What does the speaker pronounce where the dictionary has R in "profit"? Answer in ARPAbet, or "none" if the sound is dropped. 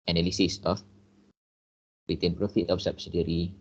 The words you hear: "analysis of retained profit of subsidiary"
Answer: R